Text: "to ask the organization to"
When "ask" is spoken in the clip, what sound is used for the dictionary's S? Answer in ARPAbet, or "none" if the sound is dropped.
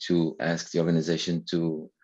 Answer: S